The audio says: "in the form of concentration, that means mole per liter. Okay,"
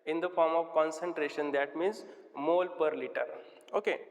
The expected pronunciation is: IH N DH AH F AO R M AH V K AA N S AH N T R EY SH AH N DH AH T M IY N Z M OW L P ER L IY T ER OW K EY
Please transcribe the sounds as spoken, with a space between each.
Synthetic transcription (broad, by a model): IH N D AH F AO R M AH V K AA N S AH N T R EY SH AH N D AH T M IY N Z M OW L P ER L IY T ER OW K EY